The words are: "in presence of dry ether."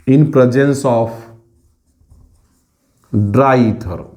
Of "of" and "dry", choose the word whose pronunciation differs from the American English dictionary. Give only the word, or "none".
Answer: of